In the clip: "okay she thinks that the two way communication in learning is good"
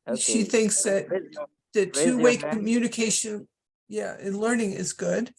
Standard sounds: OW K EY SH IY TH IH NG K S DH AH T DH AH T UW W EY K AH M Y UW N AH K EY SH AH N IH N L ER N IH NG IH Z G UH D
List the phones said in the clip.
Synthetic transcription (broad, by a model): SH IY TH IH NG K S DH AH T DH AH T UW W EY K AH M Y UW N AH K EY SH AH N IH N L ER N IH NG IH Z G UH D